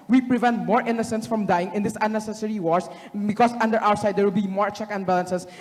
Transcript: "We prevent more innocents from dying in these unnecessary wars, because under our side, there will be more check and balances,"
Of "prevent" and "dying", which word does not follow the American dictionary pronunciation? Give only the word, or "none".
none